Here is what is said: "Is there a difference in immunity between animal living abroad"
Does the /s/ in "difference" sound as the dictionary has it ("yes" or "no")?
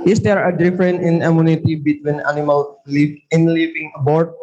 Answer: no